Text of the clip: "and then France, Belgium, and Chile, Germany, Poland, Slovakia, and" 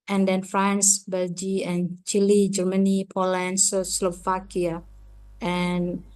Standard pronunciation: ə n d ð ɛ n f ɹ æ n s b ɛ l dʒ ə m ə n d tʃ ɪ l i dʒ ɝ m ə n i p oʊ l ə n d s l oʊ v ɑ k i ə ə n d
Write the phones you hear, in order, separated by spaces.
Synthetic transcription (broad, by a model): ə n d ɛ n f ɹ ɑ n s b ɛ l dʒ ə ə n tʃ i l i dʒ ɝ m ə n i p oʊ l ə n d s l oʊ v ɑ k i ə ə n